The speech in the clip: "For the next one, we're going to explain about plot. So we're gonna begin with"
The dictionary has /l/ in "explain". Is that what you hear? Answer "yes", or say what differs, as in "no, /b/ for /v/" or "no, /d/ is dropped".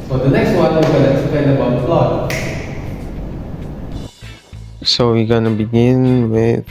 no, /l/ is dropped